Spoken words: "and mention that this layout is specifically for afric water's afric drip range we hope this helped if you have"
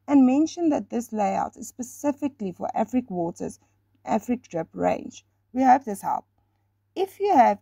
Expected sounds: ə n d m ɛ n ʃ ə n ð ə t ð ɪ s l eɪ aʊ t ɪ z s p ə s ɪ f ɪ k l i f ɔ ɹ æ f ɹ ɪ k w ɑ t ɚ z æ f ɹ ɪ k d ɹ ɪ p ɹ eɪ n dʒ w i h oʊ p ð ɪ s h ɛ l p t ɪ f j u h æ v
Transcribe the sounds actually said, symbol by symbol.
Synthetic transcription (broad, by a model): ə n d m ɛ n ʃ ə n ð ə t ð ɪ s l eɪ aʊ t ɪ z s p ə s ɪ f ɪ k l i f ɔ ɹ æ f ɹ ɪ k w ɑ t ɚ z æ f ɹ ɪ k d ɹ ɪ p ɹ eɪ n dʒ w i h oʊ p ð ɪ s h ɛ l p ɪ f j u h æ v